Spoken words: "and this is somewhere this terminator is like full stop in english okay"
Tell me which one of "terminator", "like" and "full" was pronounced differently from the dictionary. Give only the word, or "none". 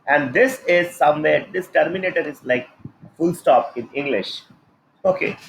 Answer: none